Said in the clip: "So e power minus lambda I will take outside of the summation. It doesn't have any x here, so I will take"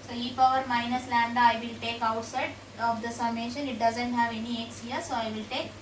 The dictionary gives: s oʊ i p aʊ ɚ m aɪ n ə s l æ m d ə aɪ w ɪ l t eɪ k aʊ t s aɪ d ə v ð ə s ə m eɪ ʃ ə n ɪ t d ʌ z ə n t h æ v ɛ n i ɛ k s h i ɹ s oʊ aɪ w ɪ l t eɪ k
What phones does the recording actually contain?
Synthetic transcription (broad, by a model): s oʊ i f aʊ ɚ m aɪ n ə s l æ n d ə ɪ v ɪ l t eɪ k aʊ t s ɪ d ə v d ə s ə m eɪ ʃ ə n ɪ t d ʌ z ə n t h æ v ɛ n i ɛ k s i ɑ s oʊ aɪ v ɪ l t eɪ k